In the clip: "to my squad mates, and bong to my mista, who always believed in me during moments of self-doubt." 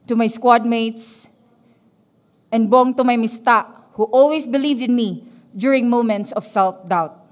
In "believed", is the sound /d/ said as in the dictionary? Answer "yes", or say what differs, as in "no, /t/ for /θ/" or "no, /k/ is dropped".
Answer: yes